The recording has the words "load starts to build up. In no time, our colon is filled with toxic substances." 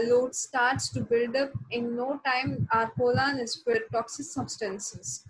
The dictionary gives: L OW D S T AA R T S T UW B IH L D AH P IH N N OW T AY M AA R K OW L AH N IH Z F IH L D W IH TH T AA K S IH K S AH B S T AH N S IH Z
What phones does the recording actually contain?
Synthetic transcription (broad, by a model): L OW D S T AA R T S T UW B IH L D AH P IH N N OW T AY M AA R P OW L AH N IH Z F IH D T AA K S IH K S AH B S T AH N S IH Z